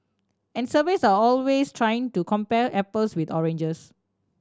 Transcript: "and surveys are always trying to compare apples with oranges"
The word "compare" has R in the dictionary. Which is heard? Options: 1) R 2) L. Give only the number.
2